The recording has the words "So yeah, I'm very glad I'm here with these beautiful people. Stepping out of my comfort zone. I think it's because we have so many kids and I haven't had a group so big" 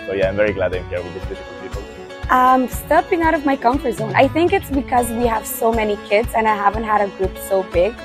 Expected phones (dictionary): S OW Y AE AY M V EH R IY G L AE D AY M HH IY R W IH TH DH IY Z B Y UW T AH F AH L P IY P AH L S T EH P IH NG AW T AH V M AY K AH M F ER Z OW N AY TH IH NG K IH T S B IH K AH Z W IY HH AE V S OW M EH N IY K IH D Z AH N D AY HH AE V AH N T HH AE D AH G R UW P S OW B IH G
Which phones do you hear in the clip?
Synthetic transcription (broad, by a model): S OW Y AE AY M V EH R IY G L AE D AY M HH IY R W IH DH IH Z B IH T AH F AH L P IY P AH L S T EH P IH NG AW T AH V M AY K AH M F ER Z OW N AY TH IH NG K IH T S B IH K AH Z W IY HH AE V S OW M EH N IY K IH D Z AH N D AY HH AE V AH N T HH AE D AH G R UW P S OW B IH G